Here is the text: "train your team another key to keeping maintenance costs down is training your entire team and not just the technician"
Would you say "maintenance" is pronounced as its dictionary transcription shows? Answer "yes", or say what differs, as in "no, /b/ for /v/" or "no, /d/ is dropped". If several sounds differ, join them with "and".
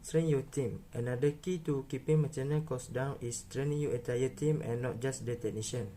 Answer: no, /n/ is dropped and /s/ is dropped